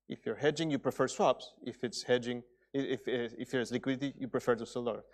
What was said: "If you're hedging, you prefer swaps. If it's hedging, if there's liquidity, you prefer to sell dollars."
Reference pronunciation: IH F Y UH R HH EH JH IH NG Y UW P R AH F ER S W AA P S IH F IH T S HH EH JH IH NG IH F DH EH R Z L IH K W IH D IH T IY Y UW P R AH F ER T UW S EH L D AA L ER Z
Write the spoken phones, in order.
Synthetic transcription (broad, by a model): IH F Y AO R HH EH JH IH NG Y UW P R AH F ER S W AA P S IH F IH T S HH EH JH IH NG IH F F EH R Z L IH K W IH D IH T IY Y UW P R AH F ER T UW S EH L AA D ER